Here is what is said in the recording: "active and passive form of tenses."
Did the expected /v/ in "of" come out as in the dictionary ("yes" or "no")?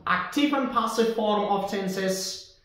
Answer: no